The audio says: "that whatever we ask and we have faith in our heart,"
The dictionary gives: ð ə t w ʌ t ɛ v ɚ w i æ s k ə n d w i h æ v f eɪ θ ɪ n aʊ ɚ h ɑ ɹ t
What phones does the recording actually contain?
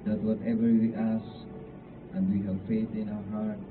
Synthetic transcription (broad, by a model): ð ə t w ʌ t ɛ v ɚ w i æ s ə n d w i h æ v f eɪ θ ɪ n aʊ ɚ h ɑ ɹ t